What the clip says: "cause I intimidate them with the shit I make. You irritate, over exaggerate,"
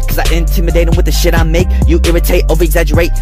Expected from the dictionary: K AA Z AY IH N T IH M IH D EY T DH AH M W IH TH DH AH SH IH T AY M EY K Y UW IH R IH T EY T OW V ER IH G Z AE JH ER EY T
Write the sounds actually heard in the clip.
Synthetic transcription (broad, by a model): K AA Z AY IH N T IH M IH D EY T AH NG W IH DH AH SH IH T AY M EY K Y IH IH R IH T EY T OW V ER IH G Z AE JH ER EY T